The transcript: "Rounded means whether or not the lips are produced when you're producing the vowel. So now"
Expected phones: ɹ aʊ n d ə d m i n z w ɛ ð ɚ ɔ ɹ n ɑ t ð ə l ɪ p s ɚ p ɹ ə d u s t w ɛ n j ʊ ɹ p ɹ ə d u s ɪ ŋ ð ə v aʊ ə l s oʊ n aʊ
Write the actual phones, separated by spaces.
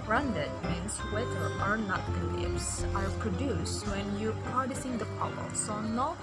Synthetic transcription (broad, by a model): ɹ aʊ n d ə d m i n s w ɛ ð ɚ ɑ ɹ n ɑ t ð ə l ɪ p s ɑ p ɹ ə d u s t w ɛ n j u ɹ p ɹ ə d u s ɪ ŋ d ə p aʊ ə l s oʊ n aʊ